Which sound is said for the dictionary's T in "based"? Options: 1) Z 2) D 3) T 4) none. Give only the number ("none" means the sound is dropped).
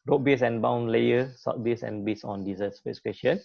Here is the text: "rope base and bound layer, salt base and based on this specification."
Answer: 4